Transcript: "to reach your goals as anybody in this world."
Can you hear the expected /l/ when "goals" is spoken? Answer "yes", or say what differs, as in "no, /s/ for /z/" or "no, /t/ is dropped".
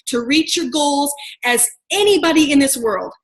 yes